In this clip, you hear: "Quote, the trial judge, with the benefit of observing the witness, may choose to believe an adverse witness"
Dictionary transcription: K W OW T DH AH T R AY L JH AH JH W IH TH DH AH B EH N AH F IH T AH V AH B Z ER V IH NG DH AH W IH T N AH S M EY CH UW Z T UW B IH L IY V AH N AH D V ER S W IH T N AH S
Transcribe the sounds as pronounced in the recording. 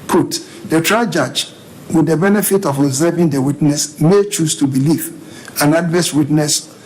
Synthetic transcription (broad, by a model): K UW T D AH T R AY JH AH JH W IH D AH B EH N AH F IH T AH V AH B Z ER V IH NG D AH W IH T N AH S M EY CH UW S T UW B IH L IY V AH N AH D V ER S W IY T N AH S